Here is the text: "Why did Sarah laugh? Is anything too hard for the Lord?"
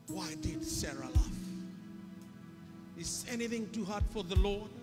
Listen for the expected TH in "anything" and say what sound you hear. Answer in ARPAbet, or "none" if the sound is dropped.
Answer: TH